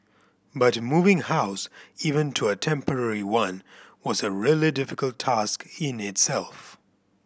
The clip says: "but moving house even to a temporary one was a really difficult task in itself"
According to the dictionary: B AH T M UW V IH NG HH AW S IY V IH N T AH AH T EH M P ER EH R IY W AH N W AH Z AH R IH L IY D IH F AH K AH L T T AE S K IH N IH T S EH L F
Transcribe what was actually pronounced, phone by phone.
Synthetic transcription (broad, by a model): B AH T M UW V IH NG HH AW S IY V IH N T AH AH T EH M P ER EH R IY W AH N W AH Z AH R IH L IY D IH F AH K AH L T T AE S K IH N IH T S EH L F